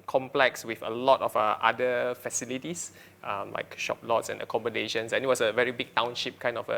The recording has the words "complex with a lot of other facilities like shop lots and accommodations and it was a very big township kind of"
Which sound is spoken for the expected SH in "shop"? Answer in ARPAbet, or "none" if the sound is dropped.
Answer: SH